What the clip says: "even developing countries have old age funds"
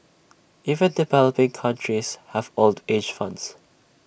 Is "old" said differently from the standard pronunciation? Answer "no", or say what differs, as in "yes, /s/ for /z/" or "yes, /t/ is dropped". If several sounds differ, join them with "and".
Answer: no